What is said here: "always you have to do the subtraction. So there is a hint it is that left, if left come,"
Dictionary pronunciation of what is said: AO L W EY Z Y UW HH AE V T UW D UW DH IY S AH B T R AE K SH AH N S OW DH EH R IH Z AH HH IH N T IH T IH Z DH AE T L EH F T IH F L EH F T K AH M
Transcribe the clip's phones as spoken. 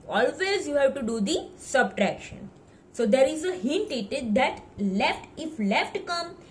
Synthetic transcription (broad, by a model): AO L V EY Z Y UW HH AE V T UW D UW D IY S AH B T R AE K SH AH N S OW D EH R IH Z AH HH IH N T IH T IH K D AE T L EH F T IH F L EH F T K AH M